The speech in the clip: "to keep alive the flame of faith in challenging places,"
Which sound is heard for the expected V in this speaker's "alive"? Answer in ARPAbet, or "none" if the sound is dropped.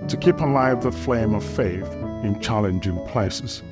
V